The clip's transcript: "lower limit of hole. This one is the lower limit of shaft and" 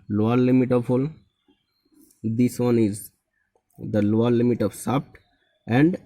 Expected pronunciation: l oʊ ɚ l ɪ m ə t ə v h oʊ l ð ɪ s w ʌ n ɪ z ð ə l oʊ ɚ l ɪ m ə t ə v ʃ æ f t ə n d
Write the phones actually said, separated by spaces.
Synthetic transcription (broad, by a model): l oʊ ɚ l ɪ m ə t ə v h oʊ l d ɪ s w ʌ n ɪ z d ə l oʊ ɚ l ɪ m ə t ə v s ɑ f t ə n d